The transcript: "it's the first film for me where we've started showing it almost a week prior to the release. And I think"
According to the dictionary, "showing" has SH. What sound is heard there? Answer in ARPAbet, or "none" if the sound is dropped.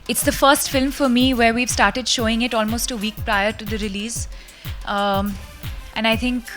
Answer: SH